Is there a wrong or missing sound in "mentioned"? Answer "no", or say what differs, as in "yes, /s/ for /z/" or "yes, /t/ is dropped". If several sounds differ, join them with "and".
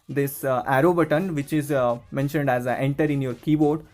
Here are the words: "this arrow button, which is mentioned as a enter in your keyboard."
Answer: no